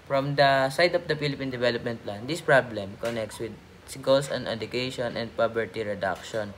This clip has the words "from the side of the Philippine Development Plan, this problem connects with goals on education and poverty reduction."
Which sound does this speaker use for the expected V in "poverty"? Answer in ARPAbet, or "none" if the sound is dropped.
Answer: B